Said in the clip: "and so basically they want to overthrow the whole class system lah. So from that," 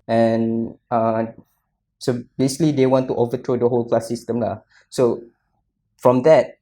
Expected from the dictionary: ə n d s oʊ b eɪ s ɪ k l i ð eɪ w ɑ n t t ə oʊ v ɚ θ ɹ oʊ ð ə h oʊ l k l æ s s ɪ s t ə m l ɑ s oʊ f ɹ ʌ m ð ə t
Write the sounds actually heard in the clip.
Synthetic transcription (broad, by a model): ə n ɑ s oʊ b eɪ s ɪ k l i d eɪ w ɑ n t t oʊ v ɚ t ɹ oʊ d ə h oʊ l k l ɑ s s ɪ s t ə m l ɑ s oʊ f ɹ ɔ m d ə t